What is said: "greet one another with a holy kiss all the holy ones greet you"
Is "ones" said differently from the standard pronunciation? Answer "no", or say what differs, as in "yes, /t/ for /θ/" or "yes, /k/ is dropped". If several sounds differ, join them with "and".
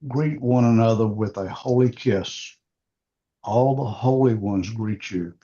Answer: no